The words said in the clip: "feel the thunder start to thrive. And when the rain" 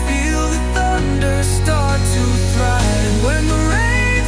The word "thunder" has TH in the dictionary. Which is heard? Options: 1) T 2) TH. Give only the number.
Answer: 2